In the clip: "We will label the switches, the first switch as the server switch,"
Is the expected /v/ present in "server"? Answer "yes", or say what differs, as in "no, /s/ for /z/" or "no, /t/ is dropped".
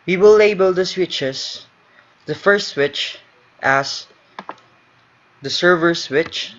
yes